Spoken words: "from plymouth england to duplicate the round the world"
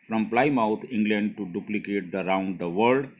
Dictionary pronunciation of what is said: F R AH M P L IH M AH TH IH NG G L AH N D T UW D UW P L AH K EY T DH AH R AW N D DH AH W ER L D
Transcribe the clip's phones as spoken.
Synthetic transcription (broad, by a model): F R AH M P L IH M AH T IH NG G L AH N D T UW D UW P L AH K EY T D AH R AW N D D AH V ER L D